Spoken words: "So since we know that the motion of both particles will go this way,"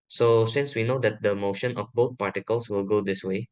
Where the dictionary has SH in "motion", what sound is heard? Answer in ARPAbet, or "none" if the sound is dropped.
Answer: SH